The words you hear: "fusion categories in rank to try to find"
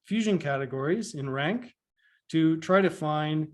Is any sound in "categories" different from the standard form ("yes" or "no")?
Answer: no